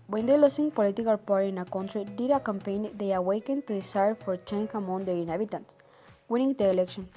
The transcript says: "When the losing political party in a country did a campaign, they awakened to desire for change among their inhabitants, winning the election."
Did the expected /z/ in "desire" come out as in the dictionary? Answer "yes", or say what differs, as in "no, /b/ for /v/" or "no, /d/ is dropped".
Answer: no, /s/ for /z/